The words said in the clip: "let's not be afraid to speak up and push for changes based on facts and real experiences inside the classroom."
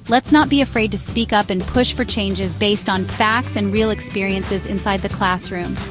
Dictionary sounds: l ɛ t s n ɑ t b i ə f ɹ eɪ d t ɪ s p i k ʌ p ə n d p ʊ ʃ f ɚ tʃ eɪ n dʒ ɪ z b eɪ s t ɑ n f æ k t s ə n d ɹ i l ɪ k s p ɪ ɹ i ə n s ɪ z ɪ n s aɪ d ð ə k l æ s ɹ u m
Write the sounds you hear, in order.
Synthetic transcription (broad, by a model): l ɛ t s n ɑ t b i ə f ɹ eɪ d t ɪ s p i k ʌ p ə n p ʊ ʃ f ɚ tʃ eɪ n dʒ ɪ z b eɪ s t n f æ k t s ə n ɹ i l ɪ k s p ɪ ɹ i ə n s ɪ z ɪ n s aɪ d ð ə k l æ s ɹ u m